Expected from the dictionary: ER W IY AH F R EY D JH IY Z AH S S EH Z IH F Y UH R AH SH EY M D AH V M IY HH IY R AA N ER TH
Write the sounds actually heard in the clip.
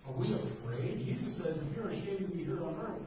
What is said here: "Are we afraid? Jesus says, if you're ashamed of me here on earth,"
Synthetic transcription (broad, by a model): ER W IY AH F R EY D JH IY Z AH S S EH Z IH F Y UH R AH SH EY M AH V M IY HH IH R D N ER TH